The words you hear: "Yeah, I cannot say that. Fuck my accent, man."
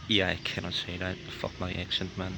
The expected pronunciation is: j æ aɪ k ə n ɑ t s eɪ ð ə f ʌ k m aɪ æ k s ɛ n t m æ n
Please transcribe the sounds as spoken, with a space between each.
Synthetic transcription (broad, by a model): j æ aɪ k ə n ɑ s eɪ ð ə f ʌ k m aɪ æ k ʃ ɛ n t m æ n